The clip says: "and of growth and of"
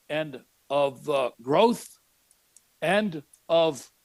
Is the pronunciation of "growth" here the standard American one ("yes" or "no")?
yes